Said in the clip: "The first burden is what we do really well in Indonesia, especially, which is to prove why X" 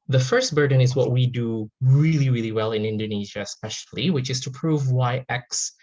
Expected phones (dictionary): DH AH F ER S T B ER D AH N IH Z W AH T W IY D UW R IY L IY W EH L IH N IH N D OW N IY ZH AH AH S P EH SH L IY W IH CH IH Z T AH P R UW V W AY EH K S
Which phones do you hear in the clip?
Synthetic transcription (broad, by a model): DH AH F ER S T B ER D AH N IH Z W AH T W IY D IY R IY L IY W EH L IH N IH N D OW N IY ZH AH AH S P EH SH L IY W IH CH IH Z T AH P R UW V W AY EH K S